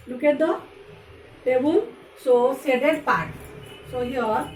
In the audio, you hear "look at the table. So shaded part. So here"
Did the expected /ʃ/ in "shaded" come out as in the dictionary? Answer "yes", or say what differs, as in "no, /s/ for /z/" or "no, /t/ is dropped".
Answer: no, /s/ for /ʃ/